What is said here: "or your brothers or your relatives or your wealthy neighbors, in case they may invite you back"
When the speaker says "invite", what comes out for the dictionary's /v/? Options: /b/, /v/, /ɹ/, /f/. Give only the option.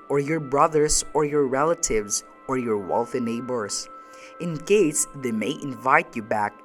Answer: /v/